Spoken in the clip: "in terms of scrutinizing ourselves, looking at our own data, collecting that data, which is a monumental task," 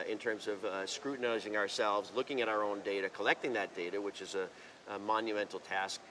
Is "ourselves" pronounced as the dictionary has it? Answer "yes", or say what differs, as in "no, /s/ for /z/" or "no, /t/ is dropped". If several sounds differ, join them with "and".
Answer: yes